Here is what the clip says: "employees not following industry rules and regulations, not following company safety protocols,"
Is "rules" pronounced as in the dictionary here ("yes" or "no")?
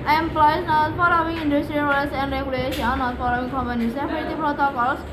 no